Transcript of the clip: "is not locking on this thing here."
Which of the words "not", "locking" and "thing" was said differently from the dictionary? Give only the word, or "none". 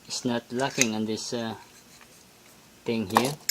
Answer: thing